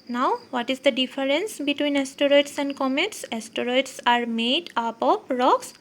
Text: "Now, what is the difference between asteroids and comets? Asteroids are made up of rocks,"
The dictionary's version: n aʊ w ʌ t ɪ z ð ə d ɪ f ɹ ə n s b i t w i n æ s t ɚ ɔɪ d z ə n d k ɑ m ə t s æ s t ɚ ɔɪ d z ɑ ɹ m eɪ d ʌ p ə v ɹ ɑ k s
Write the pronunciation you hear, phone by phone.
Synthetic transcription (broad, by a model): n aʊ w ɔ t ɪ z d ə d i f ɹ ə n s b i t w i n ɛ s t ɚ ɔɪ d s ə n d k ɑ m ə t s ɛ s t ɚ ɔɪ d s ɑ ɹ m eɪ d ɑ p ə p ɹ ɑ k s